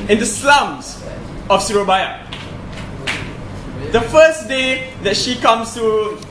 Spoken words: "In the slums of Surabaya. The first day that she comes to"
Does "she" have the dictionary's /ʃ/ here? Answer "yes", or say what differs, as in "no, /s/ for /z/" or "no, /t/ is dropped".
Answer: yes